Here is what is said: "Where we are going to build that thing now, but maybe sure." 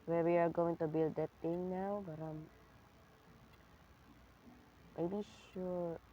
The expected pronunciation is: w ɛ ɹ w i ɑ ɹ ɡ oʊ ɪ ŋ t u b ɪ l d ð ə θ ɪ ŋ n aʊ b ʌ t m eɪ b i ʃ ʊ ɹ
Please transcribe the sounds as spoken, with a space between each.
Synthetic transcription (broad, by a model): w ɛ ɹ w i ɑ ɹ ɡ oʊ ɪ ŋ t u b ɪ l d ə t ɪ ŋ n aʊ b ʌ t m eɪ b i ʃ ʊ ɹ